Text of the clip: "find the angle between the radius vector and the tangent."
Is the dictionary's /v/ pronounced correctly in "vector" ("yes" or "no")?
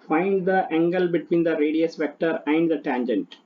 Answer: yes